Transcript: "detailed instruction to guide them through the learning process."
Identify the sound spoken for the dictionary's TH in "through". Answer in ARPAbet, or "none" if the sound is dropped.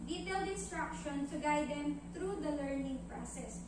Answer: T